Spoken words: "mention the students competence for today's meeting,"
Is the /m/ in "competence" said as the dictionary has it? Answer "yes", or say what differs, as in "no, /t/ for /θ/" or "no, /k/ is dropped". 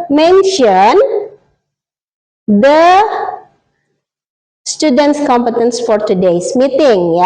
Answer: yes